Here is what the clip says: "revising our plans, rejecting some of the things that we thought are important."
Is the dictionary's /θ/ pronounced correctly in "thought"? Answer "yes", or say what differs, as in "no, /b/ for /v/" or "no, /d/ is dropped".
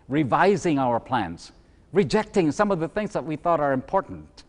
yes